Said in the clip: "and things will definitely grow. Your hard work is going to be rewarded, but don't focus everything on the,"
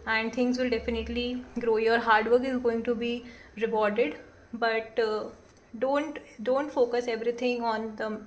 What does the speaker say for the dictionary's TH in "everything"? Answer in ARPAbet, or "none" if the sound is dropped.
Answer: T